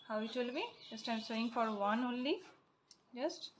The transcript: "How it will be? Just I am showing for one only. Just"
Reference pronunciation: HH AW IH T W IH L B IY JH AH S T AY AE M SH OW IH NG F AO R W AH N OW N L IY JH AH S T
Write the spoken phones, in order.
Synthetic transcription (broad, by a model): HH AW IH T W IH L B IY JH AH S T AY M S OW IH NG F AO R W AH N OW N L IY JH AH S T